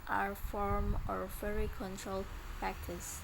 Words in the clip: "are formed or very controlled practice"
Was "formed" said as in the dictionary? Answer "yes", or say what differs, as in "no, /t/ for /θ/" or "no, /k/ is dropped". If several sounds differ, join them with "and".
no, /d/ is dropped